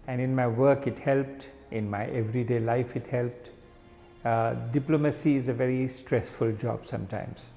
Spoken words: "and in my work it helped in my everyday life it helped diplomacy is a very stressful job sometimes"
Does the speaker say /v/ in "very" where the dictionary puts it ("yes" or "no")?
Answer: yes